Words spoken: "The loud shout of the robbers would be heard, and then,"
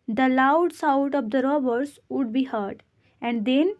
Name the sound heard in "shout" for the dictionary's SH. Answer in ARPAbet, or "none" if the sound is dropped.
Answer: S